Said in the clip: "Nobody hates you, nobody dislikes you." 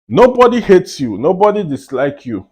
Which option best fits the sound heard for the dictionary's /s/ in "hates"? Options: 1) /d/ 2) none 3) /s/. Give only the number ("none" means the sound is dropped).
3